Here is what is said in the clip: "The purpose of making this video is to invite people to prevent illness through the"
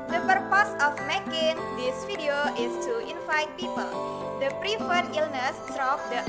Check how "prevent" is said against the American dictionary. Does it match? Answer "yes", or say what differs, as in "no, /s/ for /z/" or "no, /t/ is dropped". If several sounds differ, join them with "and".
no, /f/ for /v/